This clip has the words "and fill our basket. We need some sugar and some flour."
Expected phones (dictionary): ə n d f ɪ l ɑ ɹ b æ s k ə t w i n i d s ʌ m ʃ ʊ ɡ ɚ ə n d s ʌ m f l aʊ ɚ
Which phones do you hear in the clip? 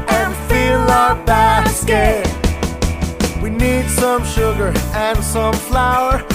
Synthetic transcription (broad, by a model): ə n f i l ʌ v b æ s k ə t w i n i d s ʌ m ʃ ʊ ɡ ɚ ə n s ʌ m f l aʊ ɚ